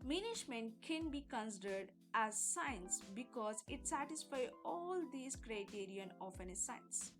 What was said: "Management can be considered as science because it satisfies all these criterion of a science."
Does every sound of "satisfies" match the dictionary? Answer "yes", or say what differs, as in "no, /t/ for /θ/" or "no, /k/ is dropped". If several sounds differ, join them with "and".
no, /z/ is dropped